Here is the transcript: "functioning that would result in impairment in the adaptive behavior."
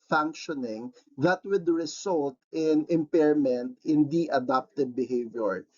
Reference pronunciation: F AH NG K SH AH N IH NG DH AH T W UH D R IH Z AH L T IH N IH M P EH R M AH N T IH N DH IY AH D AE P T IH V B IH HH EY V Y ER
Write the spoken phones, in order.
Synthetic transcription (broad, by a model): F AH NG K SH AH N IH NG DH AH T W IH D R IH S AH L T IH N IH M P EH R M AH N T IH N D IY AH D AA P T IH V B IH HH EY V Y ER